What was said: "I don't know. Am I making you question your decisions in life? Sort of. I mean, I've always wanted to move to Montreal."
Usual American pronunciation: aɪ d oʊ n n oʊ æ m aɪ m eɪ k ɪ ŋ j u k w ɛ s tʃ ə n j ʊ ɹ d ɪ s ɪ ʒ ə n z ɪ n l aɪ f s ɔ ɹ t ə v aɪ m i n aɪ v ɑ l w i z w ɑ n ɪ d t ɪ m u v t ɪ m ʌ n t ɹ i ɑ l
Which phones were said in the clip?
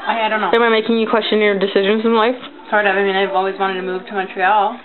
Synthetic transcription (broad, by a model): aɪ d oʊ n n oʊ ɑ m aɪ m eɪ k ɪ ŋ j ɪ k w ɛ s tʃ ə n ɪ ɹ d ɪ s ɪ ʒ ə n z ɪ n l aɪ f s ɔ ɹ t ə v aɪ m i n aɪ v ɑ l w i z w ɑ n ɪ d t ɪ m u v t ɪ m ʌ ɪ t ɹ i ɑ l